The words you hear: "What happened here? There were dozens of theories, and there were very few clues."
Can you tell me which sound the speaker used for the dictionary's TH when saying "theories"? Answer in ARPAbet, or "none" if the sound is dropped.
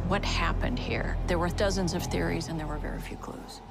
TH